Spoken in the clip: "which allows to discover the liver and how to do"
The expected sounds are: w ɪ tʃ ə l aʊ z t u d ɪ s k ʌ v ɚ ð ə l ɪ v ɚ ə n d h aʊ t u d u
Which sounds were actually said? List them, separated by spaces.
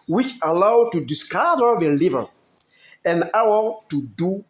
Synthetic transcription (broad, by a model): w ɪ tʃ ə l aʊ t u d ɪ s k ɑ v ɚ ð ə l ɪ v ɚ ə n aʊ t u d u